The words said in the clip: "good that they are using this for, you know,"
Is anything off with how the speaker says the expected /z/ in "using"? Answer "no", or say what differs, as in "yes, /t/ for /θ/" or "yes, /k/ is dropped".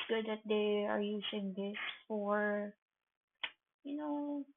yes, /s/ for /z/